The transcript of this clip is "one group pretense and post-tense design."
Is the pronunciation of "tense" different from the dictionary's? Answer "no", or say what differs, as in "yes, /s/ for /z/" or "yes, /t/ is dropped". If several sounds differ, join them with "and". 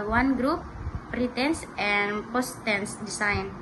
no